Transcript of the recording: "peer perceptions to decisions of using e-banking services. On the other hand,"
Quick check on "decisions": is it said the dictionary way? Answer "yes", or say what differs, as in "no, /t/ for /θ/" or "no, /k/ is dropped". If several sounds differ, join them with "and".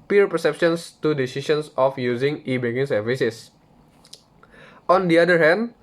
no, /s/ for /ʒ/ and /s/ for /z/